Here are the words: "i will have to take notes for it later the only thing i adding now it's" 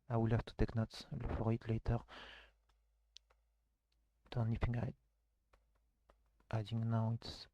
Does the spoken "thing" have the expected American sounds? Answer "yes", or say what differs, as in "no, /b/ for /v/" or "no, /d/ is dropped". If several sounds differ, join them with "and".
no, /f/ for /θ/